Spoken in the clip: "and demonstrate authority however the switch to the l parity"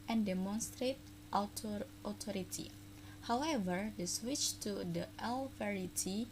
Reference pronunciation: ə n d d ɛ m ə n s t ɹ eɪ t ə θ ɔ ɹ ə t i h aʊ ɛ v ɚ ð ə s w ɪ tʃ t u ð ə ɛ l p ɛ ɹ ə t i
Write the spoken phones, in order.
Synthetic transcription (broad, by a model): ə n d d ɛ m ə n s t ɹ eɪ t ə t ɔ ɹ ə t i h aʊ ɛ v ɚ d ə s w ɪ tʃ t u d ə ɛ l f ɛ ɹ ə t i